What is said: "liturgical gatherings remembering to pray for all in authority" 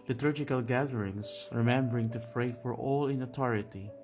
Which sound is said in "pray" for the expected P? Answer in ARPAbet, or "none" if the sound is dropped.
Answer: F